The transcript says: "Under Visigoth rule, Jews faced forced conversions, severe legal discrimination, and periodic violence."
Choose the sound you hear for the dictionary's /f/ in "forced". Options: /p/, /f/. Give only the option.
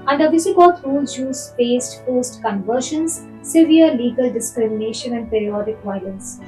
/p/